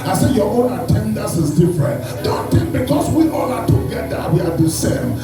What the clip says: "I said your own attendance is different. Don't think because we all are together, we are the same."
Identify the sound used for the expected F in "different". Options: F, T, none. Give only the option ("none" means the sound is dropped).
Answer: F